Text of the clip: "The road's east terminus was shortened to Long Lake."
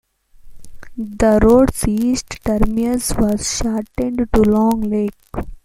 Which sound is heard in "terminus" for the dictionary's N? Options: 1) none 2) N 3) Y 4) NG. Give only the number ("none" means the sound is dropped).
1